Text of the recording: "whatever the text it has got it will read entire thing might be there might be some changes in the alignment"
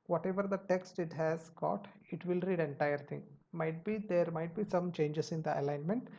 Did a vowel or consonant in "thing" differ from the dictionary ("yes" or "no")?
yes